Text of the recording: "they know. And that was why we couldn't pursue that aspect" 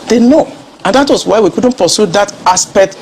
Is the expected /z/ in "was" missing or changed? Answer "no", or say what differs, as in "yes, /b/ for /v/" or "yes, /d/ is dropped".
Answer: yes, /s/ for /z/